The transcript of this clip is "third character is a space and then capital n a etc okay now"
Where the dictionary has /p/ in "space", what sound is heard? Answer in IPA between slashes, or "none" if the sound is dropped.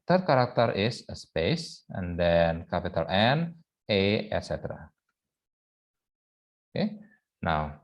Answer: /p/